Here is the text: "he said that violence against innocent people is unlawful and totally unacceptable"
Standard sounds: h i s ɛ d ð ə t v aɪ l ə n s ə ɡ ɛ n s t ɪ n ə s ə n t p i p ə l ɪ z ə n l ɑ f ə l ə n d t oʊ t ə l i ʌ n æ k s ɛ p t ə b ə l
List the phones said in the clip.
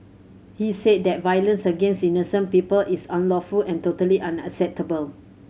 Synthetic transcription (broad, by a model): h i s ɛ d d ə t v aɪ l ə n s ə ɡ ɛ n s t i n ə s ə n p i p ə l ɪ s ə n l ɑ f ə l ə n t oʊ t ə l i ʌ n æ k s ɛ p t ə b ə l